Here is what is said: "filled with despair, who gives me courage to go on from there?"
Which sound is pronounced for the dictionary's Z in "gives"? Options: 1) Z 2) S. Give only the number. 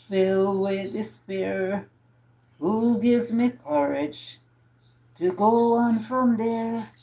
1